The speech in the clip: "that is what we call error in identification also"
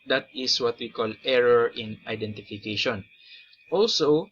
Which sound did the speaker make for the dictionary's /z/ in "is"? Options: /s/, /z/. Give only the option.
/s/